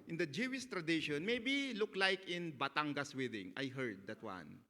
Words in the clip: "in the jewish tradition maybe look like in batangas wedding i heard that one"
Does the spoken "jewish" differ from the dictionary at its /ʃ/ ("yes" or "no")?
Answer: yes